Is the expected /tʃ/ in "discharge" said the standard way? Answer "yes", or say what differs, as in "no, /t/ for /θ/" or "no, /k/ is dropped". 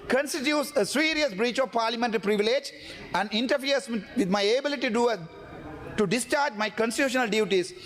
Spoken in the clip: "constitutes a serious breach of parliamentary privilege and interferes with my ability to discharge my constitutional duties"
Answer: yes